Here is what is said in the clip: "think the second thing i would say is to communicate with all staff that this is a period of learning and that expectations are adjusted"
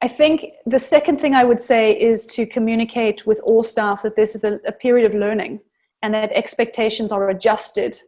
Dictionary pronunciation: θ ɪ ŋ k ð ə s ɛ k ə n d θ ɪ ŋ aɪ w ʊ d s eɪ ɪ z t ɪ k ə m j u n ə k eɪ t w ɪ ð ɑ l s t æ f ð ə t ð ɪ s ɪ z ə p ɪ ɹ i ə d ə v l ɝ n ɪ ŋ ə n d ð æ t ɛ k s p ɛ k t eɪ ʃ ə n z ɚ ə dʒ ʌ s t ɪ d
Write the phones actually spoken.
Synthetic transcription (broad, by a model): θ ɪ ŋ k ð ə s ɛ k ə n d θ ɪ ŋ aɪ w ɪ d s eɪ ɪ z t ɪ k ə m j u n ə k eɪ t w ɪ ð ɑ l s t æ f ð ə t ð ɪ s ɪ z ə p ɪ ɹ i ə d ə v l ɝ n ɪ ŋ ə n ð t ɛ k s p ɛ k t eɪ ʃ ə n z ɚ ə dʒ ʌ s t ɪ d